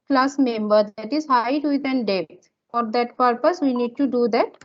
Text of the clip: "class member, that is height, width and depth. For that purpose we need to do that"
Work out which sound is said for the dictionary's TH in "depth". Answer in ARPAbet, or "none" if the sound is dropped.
T